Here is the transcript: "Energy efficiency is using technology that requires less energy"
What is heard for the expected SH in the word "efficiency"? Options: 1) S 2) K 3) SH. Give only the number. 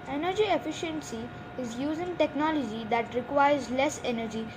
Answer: 3